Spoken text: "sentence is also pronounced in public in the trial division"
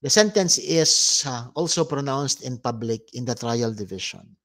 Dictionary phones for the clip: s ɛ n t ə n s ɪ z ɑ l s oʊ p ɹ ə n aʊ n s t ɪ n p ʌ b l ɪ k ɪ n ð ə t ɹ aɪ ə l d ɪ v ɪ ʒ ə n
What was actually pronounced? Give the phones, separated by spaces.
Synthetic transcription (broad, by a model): s ɛ n t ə n s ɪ s ɑ l s oʊ p ɹ ə n aʊ n s t ɪ n p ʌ b l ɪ k ɪ n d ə t ɹ aɪ ə l d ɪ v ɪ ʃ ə n